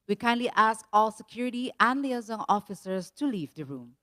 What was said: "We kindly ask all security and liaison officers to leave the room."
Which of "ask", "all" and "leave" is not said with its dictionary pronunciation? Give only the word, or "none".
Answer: none